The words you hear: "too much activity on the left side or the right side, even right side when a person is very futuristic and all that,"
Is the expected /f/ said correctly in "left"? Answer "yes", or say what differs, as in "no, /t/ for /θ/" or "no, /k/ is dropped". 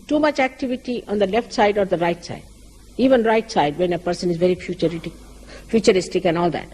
yes